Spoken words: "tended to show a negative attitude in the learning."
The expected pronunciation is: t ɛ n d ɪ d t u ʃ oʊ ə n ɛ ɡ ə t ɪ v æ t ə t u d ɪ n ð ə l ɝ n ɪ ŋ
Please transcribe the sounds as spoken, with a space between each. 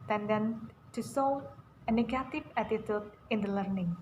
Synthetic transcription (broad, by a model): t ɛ n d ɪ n t u s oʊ ə n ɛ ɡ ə t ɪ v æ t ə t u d ɪ n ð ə l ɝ n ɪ ŋ